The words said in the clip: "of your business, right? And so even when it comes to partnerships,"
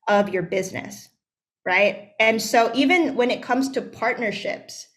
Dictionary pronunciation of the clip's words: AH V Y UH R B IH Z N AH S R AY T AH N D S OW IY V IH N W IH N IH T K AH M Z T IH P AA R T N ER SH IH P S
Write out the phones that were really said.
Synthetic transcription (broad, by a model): AH V Y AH R B IH Z N AH S R AY T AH N S OW IY V IH N W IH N IH T K AH M Z T IH P AA R T N ER SH IH P S